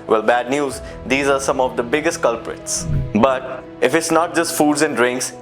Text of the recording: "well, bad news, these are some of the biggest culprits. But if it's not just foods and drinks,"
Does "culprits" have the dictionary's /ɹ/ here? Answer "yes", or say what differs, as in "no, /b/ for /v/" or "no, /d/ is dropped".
yes